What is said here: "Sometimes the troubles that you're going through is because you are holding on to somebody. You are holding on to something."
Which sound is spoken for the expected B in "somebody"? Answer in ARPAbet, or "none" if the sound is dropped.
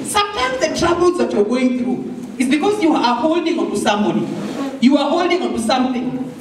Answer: none